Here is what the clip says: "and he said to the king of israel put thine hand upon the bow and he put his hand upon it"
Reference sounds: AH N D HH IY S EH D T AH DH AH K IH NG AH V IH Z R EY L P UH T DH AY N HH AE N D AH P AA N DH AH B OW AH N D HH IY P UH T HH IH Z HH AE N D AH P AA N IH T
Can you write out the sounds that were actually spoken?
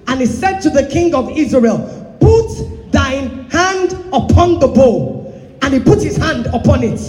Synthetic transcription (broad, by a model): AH N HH IY S EH D T AH DH AH K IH NG AH V IH Z R EY L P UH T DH AY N HH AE N D AH P AA N DH AH B OW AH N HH IY P UH T HH IH Z HH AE N D AH P AA N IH T